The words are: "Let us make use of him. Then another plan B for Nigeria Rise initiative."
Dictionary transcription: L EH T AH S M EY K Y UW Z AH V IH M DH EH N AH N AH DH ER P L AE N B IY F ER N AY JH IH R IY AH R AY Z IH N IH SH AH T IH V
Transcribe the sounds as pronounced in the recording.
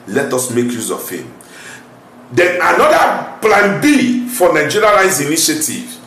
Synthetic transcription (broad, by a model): L EH T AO S M EY K Y UW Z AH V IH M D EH N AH N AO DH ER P L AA N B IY F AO N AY JH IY R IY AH L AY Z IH N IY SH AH T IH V